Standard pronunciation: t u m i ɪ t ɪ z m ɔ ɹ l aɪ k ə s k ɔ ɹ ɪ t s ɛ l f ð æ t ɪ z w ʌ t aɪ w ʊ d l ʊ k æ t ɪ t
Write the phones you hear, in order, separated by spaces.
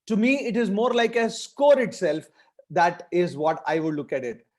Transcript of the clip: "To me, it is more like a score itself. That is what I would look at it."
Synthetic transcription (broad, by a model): t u m i ɪ t ɪ z m ɔ ɹ l aɪ k ə s k ɔ ɹ ɪ t s ɛ l f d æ t ɪ z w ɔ t aɪ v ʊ d l ʊ k æ t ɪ t